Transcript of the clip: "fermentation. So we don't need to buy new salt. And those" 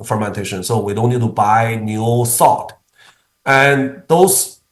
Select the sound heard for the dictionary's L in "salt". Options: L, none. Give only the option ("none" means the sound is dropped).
none